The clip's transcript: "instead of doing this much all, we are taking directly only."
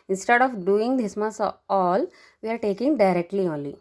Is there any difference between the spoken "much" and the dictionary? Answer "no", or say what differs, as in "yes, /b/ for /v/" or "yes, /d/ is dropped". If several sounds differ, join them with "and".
yes, /s/ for /tʃ/